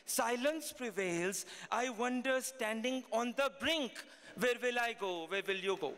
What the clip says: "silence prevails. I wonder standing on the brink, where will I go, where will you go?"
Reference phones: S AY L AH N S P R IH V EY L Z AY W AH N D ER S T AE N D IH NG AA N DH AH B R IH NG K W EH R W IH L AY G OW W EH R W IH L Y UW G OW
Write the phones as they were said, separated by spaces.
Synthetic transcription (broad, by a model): S AY L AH N S P R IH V EY L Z AY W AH N D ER S T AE N D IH NG AA N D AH B R IH NG K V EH R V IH L AY G OW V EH R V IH L Y UW G OW